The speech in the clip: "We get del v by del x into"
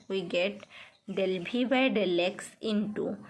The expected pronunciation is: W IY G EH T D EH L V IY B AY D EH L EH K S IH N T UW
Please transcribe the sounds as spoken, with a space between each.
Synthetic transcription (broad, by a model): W IY G EH T D EH L B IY B AY D EH L EH K S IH N T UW